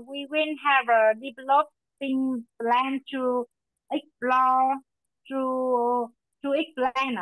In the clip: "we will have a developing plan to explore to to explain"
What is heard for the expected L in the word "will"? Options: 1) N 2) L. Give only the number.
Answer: 1